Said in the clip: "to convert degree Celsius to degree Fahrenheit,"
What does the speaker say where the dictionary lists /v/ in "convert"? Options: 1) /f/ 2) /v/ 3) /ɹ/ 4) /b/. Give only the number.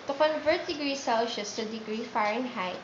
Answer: 2